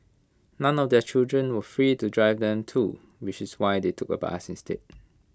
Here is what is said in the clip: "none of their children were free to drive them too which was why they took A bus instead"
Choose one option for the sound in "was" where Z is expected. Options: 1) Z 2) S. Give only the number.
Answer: 2